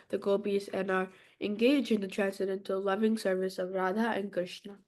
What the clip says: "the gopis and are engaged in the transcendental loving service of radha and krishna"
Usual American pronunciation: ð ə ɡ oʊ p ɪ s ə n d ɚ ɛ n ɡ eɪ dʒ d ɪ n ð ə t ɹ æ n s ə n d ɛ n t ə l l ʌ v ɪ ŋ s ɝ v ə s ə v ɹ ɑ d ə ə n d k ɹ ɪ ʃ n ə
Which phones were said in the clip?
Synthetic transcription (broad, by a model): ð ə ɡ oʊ b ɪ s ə n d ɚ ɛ n ɡ eɪ dʒ ɪ n ð ə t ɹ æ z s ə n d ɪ n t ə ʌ l ʌ v ɪ ŋ s ɝ v ə s ə v ɹ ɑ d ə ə n k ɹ ɪ ʃ n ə